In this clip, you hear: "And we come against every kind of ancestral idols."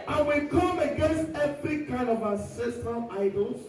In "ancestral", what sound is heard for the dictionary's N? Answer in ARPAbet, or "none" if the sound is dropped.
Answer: none